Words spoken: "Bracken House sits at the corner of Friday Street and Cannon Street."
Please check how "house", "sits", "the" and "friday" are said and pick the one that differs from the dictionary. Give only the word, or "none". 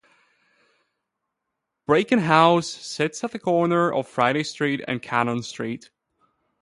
none